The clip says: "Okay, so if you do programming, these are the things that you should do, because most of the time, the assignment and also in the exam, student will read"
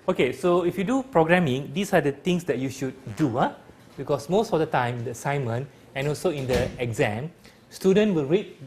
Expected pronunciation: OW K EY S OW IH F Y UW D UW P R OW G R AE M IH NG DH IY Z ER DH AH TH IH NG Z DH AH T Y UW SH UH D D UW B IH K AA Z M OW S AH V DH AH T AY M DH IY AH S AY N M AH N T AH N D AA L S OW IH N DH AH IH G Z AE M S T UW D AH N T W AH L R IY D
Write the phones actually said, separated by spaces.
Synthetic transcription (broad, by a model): OW K EY S OW IH F Y UW D UW P R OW G R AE M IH NG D IY S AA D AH T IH NG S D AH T Y UW SH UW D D UW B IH K AA S M OW S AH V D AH T AY M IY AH S AY M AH N AH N AA L S OW IH N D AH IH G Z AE M S T UW D AH N T W AH L R IY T